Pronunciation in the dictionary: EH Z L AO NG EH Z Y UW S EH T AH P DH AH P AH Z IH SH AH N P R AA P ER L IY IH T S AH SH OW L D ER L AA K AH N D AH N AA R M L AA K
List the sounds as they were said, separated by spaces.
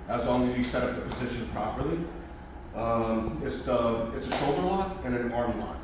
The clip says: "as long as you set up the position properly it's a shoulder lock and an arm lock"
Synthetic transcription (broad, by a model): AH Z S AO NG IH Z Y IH S EH T AH P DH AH P AH Z IH SH AH N P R AA P ER L IY IH T S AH SH OW L D ER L AA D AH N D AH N AA R M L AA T